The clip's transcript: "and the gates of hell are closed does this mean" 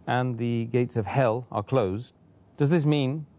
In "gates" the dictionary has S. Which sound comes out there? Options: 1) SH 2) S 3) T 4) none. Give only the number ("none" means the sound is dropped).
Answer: 2